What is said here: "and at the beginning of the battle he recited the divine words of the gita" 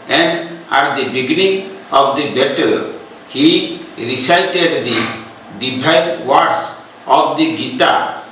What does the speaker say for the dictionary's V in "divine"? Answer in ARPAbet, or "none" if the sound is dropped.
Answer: B